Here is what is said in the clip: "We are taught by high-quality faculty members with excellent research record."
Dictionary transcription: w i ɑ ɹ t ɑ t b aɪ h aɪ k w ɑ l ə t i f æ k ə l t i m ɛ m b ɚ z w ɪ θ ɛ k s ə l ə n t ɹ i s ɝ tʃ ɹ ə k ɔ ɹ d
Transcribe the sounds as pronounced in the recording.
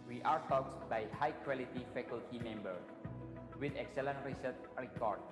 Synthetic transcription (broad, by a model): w i ɑ ɹ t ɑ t b aɪ h aɪ k w ɑ l ə t i f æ k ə l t i m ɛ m b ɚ w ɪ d ɛ k s ə l ə n t ɹ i s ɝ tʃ ɹ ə k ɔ ɹ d